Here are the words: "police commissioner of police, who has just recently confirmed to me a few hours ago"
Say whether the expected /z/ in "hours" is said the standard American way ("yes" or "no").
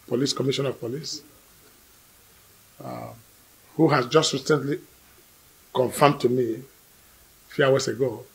no